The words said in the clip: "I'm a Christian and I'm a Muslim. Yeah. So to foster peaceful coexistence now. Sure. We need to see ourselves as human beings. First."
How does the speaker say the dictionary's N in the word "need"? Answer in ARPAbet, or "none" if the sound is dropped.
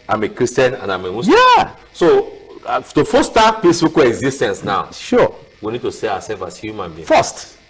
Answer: N